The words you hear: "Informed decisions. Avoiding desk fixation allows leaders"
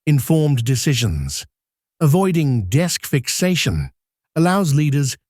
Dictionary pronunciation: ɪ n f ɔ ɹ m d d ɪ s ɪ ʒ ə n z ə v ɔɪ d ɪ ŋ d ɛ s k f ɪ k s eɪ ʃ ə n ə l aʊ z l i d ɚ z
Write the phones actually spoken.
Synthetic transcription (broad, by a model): ɪ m f ɔ ɹ m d d ɪ s ɪ ʒ ə n z ə v ɔɪ d ɪ ŋ d ɛ s k f ɪ k s eɪ ʃ ə n ə l aʊ z l i d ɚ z